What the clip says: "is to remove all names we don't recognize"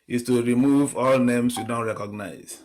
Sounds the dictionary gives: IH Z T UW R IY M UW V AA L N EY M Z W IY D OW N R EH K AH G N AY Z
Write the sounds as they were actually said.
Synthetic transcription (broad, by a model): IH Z T UW R IY M UW V AA L N EY M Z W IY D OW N R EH K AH G N AY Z